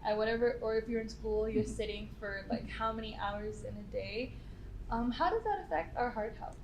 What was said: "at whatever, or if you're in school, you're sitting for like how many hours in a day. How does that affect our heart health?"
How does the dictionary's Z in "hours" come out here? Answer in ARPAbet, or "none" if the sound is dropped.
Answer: Z